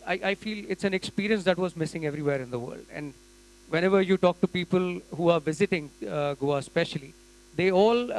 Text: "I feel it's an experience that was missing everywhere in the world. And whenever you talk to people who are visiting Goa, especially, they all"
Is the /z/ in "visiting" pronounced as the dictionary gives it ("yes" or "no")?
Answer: yes